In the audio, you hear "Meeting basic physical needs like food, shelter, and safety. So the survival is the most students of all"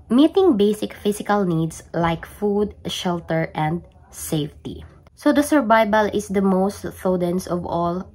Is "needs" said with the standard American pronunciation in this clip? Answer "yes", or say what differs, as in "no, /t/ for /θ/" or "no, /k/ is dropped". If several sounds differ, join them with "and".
no, /s/ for /z/